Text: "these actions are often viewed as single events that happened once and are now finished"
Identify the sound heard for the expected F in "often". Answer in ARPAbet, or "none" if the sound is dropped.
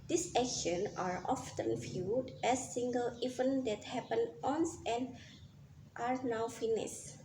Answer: F